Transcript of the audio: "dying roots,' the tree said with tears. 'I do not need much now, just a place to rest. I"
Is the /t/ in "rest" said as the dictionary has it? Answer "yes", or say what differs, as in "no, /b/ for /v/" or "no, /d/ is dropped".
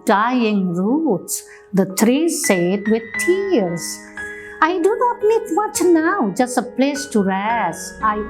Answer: no, /t/ is dropped